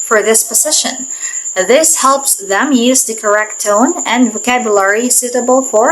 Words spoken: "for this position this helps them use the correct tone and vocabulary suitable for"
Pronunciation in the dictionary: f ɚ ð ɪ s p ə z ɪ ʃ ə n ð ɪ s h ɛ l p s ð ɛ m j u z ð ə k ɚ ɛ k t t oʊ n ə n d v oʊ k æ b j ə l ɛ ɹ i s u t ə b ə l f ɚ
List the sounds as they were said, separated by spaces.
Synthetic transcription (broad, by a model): f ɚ ð ɪ s p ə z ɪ ʃ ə n ð ɪ s h ɛ l p s ð ɛ m j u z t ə k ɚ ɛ k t t oʊ n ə n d v oʊ k æ b j ə l ɛ ɹ i s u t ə b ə l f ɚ